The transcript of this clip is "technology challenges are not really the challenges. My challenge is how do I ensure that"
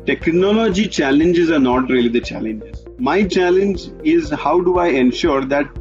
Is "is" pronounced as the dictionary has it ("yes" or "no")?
yes